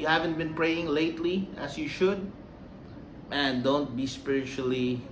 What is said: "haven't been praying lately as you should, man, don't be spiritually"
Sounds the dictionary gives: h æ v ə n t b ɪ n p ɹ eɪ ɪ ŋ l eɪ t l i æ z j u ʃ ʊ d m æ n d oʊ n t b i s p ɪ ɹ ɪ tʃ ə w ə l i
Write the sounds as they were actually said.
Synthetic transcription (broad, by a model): h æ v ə n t b ɪ n p ɹ eɪ ɪ ŋ l eɪ t l i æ s j u ʃ ʊ d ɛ n d oʊ n t b i s p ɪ ɹ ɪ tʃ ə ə l i